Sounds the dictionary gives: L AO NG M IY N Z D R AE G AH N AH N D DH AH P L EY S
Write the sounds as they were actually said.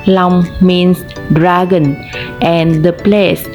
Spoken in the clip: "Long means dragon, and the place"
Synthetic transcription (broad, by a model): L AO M M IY N S D R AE G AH N AH N D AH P L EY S